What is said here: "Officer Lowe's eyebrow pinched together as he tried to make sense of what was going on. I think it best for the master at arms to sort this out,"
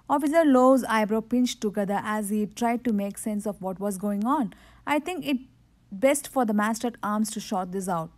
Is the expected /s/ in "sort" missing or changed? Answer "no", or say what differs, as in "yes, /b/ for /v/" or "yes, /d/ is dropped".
yes, /ʃ/ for /s/